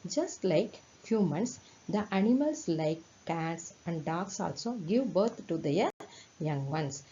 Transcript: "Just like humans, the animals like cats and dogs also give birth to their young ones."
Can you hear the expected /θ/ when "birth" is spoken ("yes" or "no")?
no